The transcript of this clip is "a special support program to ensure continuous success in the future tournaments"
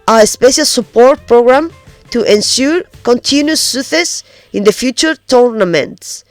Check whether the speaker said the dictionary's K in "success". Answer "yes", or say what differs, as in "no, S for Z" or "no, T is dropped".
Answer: no, K is dropped